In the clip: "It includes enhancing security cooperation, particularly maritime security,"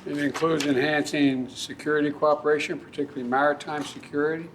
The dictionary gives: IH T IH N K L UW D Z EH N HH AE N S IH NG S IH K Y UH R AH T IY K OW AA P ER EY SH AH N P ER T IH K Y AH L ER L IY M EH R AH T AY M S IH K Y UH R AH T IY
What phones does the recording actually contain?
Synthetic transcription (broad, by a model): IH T IH N K L UW D Z EH N HH AE N S IH NG S IH K Y UH R AH T IY K OW AA P ER EY SH AH N P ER T IH K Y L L IY M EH R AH T AY M S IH K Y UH R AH T IY